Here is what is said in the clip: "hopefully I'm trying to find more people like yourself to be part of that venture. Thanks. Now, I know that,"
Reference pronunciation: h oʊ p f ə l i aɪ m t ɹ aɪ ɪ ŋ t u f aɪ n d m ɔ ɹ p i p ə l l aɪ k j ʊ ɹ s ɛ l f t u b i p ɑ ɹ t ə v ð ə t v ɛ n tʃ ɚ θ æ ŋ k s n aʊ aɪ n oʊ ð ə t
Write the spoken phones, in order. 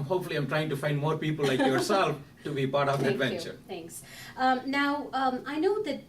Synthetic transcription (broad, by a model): h oʊ p f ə l i aɪ m t ɹ aɪ ɪ ŋ t u f aɪ n d m ɔ ɹ p i p ə l l aɪ k j ʊ ɹ s ɛ l f t u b i p ɑ ɹ t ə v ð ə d v ɛ n tʃ ɚ t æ ŋ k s n aʊ aɪ n oʊ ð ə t